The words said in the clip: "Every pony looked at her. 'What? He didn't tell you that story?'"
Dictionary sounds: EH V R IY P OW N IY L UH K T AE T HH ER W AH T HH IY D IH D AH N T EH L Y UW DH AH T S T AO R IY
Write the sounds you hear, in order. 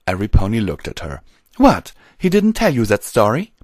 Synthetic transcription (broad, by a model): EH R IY P OW N IY L UH K T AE T HH ER W AH T HH IY D IH D N T EH L Y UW DH AH T S T AO R IY